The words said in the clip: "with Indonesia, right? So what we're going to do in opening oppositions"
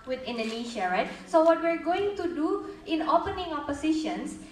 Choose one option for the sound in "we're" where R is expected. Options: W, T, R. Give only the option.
R